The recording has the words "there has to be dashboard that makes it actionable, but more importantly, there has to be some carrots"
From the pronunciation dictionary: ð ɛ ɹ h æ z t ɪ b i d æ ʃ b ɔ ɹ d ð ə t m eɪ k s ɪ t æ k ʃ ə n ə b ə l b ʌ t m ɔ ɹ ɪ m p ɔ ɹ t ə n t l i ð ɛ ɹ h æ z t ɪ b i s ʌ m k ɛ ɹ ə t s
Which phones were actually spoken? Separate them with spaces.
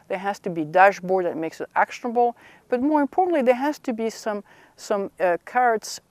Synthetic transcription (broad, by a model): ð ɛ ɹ h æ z t ɪ b i d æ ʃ b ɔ ɹ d ð ə t m eɪ k s ɪ t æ k ʃ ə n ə b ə l b ʌ t m ɔ ɹ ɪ m p ɔ ɹ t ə n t l i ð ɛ ɹ h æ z t ɪ b i s ʌ m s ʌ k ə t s